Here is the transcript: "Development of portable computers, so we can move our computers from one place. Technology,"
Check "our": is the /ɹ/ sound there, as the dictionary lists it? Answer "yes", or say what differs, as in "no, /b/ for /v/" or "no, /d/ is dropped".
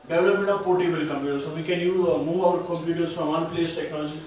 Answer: no, /w/ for /ɹ/